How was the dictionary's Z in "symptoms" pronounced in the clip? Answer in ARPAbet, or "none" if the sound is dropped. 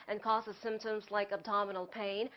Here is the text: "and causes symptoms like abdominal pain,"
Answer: Z